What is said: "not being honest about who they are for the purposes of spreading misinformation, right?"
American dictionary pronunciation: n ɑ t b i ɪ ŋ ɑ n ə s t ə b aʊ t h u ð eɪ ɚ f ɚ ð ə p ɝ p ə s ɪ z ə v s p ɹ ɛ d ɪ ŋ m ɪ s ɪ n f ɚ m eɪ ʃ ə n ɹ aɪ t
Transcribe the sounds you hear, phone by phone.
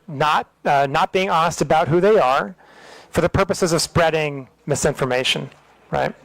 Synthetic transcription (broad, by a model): n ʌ t b i ɪ ŋ ɑ n ə s t ə b aʊ t h u ð eɪ ɚ f ɚ ð ə p ɝ p ə s ɪ z ə v s p ɹ ɛ d ɪ ŋ m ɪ s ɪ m f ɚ m eɪ ʃ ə n ɹ aɪ t